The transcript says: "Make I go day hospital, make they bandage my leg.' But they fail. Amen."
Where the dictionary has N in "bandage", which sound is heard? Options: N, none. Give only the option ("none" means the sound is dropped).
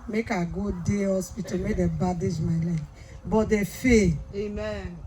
none